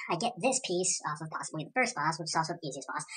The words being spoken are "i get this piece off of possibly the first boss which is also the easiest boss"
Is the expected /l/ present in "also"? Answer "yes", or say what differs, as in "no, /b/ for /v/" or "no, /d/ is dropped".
no, /l/ is dropped